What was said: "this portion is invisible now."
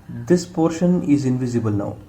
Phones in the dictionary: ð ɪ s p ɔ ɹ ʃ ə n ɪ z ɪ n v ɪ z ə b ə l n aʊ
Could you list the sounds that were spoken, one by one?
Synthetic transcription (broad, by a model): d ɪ s p ɔ ɹ ʃ ə n ɪ z ɪ n v ɪ z ə b ə l n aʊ